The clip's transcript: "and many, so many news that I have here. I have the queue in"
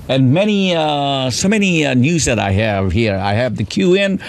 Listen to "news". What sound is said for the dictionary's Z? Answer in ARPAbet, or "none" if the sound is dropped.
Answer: Z